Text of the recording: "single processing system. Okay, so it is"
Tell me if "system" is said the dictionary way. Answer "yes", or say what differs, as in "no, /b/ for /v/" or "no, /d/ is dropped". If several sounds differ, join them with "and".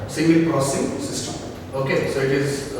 no, /m/ is dropped